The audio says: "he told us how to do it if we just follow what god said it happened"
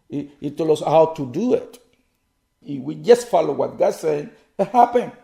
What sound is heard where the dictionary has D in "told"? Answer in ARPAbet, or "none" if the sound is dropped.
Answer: none